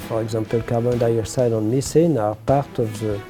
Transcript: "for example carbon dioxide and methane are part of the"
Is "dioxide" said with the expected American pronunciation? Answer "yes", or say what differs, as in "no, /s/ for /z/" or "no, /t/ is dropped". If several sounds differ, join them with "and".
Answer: no, /k/ is dropped